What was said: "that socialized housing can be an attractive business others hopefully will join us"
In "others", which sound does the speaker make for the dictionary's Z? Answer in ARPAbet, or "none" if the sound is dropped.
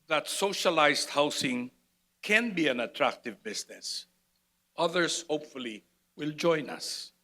S